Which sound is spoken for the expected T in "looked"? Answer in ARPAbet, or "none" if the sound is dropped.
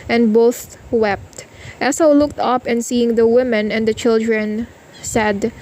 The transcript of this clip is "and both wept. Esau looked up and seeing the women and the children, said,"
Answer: T